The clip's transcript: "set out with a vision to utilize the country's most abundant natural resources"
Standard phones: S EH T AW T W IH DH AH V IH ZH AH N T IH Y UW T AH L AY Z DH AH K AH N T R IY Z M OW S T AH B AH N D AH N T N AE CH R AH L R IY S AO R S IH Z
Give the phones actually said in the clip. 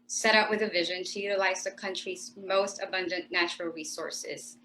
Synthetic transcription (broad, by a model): S EH T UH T W IH DH AH V IH ZH AH N T IH Y UW T AH L AY Z DH AH K AH N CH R IY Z M OW S T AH B AH N D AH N N AE CH R L R IY S AO R S IH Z